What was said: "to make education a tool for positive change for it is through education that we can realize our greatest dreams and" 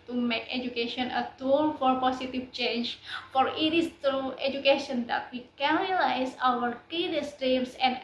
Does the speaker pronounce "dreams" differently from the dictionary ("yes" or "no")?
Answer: yes